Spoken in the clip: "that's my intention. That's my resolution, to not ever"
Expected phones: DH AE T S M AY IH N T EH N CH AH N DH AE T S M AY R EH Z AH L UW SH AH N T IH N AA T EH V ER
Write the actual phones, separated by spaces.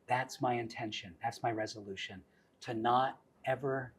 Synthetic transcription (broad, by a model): DH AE T S M AY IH N T EH N SH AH N DH AE T S M AY R EH Z AH L UW SH AH N T IH N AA T EH V ER